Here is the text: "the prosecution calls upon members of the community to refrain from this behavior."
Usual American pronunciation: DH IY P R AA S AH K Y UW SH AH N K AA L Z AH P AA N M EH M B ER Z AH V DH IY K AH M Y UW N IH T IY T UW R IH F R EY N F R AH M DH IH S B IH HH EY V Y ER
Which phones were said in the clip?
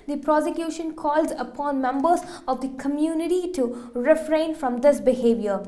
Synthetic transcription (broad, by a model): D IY P R AA S AH K Y UW SH AH N K AA L Z AH P AA N M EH M B ER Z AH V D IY K AH M Y UW N IH T IY T UW R IH F R EY N F R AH M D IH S B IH HH EY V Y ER